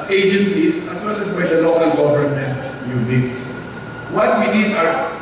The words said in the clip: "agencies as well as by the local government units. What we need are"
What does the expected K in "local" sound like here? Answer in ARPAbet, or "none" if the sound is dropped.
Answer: K